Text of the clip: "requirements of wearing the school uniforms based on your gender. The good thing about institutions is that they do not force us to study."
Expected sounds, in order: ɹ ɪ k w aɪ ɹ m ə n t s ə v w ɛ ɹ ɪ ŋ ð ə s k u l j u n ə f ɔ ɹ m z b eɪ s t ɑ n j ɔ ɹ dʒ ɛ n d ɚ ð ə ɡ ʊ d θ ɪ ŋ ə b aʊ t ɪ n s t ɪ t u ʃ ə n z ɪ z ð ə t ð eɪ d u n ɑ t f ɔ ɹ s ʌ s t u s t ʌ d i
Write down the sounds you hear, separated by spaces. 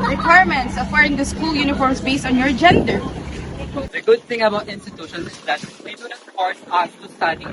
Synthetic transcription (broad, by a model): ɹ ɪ k w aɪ ɹ m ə n t s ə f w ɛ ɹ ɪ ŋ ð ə s k u l j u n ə f ɔ ɹ m s b eɪ s t ɑ n j ɔ ɹ dʒ ɛ n d ɚ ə ɡ ʊ d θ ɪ ŋ ə b aʊ t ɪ n s t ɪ t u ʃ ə n ɪ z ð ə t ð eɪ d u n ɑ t p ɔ ɹ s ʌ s t u s t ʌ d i